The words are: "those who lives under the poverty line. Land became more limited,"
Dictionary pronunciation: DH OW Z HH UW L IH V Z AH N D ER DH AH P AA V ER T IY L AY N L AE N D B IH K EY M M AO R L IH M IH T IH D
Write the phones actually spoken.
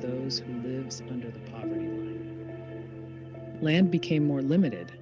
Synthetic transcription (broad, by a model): DH OW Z HH UW L IH V Z AH N D ER DH AH P AA V ER T IY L L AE N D B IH K EY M M AO R L IH M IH T IH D